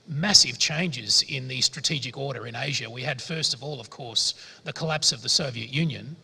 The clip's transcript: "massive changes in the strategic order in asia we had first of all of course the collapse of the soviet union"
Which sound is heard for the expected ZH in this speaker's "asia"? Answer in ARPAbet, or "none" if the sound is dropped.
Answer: ZH